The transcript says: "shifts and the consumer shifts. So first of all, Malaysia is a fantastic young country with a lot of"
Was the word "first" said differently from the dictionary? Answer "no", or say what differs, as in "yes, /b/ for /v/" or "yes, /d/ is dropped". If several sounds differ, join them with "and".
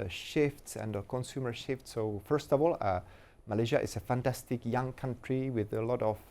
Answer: no